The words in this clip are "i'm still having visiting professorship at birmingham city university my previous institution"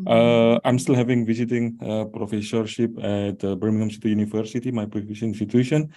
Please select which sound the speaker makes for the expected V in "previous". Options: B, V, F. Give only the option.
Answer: F